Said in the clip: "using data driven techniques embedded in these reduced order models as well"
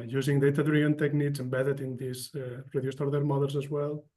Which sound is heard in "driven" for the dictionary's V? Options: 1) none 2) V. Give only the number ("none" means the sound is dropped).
1